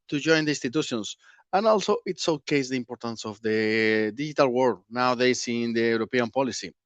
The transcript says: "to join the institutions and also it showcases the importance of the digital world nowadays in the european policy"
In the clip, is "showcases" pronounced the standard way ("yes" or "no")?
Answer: no